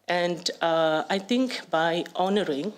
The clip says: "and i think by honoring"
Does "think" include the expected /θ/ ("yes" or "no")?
no